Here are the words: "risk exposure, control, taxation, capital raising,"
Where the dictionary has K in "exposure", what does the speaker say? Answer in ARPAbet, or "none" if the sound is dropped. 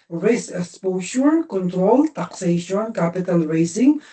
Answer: none